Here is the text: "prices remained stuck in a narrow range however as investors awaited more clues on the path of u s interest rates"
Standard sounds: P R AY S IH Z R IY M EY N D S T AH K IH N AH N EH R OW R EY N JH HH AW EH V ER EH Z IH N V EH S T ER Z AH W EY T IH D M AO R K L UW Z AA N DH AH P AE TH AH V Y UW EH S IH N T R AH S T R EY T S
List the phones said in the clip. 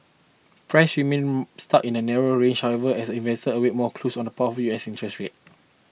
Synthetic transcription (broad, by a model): P R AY S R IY M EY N S T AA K IH N AH N EH R OW R EY N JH HH AW EH V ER EH S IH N V EH S T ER AH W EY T M AO K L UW S AA N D AH P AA T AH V Y UW EH S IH N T R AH S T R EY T